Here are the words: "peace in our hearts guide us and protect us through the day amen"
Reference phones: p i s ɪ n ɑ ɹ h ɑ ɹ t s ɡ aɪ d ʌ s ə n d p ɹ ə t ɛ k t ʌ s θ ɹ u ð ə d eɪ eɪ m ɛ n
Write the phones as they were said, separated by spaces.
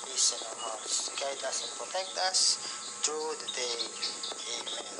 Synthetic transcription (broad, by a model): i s ɪ n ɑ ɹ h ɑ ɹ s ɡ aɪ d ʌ s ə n p ɹ ə t ɛ k t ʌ s t ɹ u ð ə d eɪ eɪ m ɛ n